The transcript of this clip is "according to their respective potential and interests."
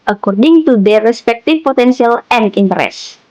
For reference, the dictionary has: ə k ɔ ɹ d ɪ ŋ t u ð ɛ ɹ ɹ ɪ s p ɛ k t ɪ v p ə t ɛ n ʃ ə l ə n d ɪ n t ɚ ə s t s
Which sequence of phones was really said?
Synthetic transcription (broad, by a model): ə k ɔ ɹ d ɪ ŋ t u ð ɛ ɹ ɹ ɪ s p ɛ k t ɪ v p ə t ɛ n s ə l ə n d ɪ n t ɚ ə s s